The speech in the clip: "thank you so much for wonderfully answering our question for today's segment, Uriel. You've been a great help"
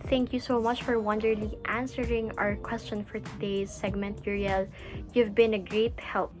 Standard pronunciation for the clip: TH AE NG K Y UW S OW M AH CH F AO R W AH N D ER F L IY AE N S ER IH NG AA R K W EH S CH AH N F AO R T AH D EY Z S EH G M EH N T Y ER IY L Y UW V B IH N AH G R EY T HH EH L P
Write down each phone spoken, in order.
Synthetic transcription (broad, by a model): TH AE NG K Y UW S OW M AH CH F AO R W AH N D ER L IY AE N S ER IH NG AA R K W EH S CH AH N F AO R T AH D EY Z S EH G M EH N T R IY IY L Y UW V B IH N AH G R EY T HH EH L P